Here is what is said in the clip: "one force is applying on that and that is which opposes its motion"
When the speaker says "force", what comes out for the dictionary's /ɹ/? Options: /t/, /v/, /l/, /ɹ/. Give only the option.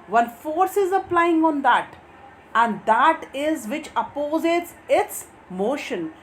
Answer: /ɹ/